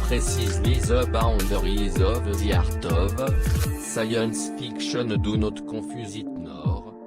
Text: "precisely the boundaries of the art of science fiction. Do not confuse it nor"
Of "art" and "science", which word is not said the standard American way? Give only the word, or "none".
none